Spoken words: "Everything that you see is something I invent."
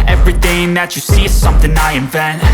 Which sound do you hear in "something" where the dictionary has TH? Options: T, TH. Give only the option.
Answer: TH